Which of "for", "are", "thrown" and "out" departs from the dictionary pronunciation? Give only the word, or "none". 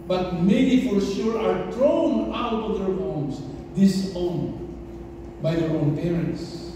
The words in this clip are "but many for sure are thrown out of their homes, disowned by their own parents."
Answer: thrown